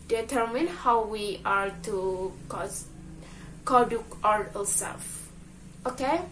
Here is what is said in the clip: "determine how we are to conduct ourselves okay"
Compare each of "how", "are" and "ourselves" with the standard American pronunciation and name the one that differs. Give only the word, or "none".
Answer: ourselves